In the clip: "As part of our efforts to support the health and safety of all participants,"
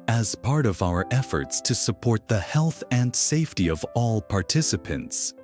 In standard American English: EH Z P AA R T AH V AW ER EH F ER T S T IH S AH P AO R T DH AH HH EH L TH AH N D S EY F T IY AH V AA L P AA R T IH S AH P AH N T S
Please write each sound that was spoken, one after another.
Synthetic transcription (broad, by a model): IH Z P AA R T AH V AW ER EH F ER T S T IH S AH P AO R T DH AH HH EH L TH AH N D S EY F T IY AH V AA L P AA R T IH S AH P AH N T S